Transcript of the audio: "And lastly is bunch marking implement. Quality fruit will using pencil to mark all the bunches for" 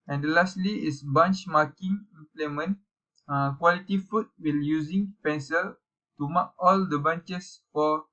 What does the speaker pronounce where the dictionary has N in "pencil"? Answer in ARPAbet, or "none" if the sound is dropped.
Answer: N